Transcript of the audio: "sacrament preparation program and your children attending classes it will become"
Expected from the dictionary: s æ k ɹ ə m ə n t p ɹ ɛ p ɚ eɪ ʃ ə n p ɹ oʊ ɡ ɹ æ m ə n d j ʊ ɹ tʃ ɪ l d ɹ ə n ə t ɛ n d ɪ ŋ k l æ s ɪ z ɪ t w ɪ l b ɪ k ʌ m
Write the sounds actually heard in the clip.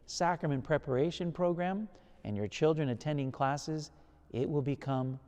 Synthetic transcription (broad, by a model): s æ k ɹ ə m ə n p ɹ ɛ p ɚ eɪ ʃ ə n p ɹ oʊ ɡ ɹ æ m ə n j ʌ ɹ tʃ ɪ l d ɹ ə n ə t ɛ n d ɪ ŋ k l æ s ɪ z ɪ t w ɪ l b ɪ k ʌ m